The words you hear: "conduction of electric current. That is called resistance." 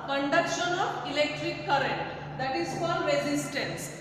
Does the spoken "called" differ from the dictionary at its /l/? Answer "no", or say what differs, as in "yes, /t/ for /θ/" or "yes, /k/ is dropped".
yes, /l/ is dropped